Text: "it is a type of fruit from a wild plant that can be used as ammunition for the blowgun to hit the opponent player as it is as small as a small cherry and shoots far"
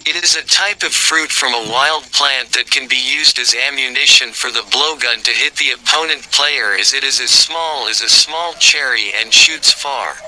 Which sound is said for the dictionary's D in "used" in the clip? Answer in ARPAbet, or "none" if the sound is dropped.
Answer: D